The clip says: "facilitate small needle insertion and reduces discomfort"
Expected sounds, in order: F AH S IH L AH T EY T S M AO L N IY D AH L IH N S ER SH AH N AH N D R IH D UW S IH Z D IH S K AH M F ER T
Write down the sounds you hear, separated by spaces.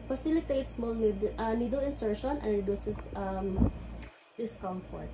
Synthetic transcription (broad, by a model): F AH S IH L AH T EY T S M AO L N IY D AH L IH N S ER SH AH N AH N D R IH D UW S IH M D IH S K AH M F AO T